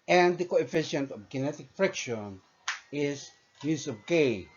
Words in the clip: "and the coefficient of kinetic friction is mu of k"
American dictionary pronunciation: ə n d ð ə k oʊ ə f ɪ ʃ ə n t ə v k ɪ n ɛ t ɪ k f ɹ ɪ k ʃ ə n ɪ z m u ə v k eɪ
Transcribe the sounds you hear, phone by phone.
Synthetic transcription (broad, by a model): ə n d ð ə k oʊ ə f ɪ ʃ ə n t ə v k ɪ n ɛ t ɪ k f ɹ ɪ k ʃ ə n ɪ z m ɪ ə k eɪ